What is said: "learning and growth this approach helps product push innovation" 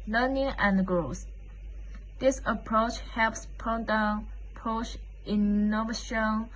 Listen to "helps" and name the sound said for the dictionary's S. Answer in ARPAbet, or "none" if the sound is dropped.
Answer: S